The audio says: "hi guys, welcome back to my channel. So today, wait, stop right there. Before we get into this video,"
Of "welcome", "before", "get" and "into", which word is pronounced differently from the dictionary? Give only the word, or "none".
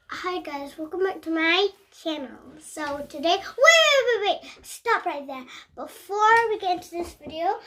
none